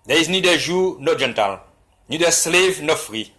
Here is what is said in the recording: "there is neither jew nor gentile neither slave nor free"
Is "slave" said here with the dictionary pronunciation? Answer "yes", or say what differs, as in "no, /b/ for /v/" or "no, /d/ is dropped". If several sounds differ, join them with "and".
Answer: yes